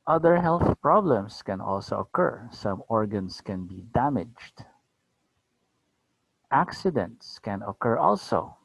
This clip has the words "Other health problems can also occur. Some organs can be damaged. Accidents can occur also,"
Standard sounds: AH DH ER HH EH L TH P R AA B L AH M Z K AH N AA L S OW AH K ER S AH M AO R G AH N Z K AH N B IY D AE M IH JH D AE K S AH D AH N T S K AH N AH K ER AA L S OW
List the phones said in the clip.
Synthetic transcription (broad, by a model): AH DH ER HH EH L TH P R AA B L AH M S K AH N AA L S OW AH K ER S AH M AO R G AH N S K AH N B IY D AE M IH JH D AE K S AH D AH N T S K AH N AH K ER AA L S OW